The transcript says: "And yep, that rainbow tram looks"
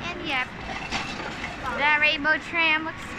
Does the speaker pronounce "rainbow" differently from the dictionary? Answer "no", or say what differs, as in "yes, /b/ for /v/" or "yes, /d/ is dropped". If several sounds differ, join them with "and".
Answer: yes, /n/ is dropped